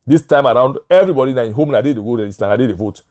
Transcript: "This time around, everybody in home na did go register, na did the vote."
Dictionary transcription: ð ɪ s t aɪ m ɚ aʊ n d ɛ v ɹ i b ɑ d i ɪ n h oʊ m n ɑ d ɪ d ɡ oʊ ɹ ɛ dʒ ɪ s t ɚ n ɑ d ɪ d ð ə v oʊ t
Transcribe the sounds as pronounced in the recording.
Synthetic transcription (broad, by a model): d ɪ s t aɪ m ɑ aʊ n d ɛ v ɹ i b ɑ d i ɪ n h oʊ m n ɑ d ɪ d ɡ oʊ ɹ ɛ ɪ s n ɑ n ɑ d ɪ d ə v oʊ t